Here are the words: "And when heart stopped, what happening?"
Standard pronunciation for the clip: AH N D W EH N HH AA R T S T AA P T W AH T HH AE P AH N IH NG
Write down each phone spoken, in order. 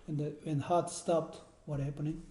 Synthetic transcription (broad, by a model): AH N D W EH N HH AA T S T AA P T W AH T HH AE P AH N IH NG